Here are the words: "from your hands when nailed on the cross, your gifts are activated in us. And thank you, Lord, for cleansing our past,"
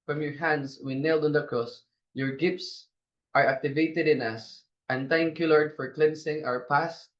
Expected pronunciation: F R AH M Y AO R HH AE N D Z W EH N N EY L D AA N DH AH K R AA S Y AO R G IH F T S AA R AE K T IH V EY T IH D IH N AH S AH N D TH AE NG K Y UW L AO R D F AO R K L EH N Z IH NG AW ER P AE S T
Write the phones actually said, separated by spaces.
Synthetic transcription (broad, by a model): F R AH M Y AO R HH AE N D S W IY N N EY L D AA N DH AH K R AA S Y AO R G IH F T S AA R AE K T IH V EY T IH D IH N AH S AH N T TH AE NG K Y UW L AO R D F AO R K L EH N S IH NG AW ER P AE S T